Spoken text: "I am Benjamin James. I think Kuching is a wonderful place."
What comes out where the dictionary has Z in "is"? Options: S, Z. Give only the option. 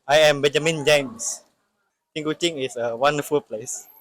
S